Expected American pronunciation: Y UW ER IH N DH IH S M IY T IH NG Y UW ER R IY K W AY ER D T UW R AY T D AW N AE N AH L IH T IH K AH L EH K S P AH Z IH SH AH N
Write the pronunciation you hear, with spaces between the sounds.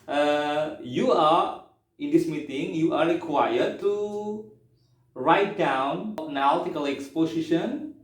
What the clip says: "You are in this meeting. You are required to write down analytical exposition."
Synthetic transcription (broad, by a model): Y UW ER IH N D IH S M IY T IH NG Y UW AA R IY K W AY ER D T UW R AY T D AW N N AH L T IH K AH L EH K S P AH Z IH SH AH N